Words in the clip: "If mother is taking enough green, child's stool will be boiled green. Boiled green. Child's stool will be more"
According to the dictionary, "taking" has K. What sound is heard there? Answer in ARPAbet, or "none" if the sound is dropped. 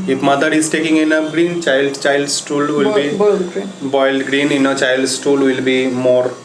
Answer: K